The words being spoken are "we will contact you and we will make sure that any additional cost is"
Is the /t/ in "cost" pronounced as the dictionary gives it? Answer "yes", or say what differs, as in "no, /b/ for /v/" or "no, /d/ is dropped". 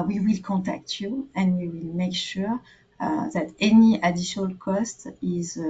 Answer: yes